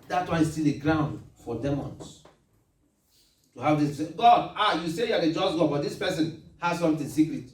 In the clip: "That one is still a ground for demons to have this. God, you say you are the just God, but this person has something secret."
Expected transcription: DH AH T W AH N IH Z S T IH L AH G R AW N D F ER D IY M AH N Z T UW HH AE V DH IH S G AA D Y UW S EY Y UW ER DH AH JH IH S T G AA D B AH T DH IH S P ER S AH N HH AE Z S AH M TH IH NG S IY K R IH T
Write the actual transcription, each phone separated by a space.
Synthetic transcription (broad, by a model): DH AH T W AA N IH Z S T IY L AH G R AW N D F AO D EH M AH N S T UW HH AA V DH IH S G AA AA Y UW S EY Y UW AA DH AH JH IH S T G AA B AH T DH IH S P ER S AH N HH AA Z S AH M T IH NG S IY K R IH T